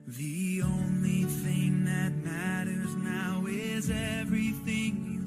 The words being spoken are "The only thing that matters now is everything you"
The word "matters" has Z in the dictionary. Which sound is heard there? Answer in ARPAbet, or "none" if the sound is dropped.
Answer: Z